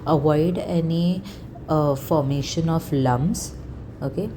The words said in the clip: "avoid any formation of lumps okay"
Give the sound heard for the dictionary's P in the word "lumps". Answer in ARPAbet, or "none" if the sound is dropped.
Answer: B